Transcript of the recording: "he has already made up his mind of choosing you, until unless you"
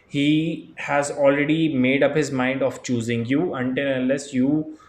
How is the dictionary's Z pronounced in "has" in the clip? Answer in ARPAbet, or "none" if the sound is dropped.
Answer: Z